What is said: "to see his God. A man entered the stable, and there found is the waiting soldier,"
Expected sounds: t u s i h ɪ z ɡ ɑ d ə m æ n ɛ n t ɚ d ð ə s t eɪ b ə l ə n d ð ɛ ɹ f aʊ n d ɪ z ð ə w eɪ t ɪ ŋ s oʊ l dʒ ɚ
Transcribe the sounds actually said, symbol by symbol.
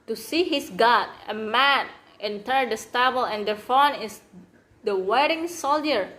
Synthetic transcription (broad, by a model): t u s i h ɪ s ɡ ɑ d ə m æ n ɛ n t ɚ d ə s t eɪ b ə l ə n d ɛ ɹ f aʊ n ɪ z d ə w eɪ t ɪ ŋ s oʊ l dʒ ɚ